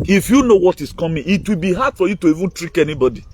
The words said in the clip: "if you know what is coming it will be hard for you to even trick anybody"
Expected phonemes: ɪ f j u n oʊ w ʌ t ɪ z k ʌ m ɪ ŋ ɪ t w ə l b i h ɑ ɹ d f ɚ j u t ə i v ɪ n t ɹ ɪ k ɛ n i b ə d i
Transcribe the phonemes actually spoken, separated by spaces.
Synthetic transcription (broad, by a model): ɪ f j u n oʊ w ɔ t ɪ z k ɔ m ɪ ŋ ɪ t w ə l b i h ɑ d f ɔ j u t ə i v ɪ n t ɹ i k ɛ n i b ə d i